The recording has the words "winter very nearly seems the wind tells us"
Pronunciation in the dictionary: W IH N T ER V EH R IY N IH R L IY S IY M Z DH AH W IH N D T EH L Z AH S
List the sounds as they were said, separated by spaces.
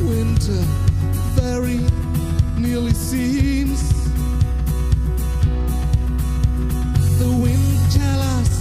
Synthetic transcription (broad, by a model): W IH N T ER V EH R IY N IH R L IY S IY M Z DH AH W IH N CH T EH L AH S